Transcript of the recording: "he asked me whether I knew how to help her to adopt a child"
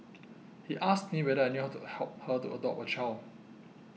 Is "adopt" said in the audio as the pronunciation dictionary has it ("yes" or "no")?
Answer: no